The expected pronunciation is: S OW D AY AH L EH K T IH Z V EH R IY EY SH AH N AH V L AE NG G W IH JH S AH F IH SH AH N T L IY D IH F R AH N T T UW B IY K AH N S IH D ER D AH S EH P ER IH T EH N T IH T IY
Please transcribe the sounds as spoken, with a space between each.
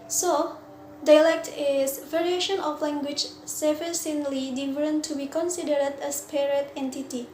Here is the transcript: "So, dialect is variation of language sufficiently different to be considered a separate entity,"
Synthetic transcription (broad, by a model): S OW D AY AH L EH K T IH S V EH R IY EY SH AH N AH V L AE NG G W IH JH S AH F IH S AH N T L IY D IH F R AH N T T UW B IY K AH N S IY D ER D AH S P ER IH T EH N T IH T IY